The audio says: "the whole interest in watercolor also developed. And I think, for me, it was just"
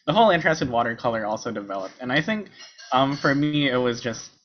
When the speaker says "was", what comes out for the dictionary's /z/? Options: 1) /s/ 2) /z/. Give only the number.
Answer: 2